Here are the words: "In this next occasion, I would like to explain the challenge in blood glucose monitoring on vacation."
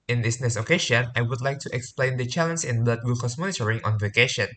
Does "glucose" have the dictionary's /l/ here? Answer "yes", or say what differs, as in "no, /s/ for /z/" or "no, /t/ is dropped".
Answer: no, /l/ is dropped